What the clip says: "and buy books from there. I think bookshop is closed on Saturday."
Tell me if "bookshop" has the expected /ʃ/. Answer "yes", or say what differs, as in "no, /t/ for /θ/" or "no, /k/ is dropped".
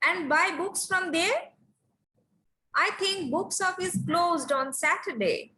no, /s/ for /ʃ/